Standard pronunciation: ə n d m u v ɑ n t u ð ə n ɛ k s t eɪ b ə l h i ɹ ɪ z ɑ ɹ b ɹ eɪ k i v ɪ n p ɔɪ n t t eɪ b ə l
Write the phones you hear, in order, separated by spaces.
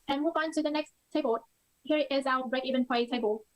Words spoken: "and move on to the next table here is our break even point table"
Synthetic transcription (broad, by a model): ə n m u v ɑ n t u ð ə n ɛ k s t eɪ b ə l h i ɹ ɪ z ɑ b ɹ eɪ k i v ɪ n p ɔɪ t t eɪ b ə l